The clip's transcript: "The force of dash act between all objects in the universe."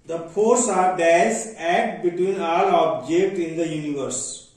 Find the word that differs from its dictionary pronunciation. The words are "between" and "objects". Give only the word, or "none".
objects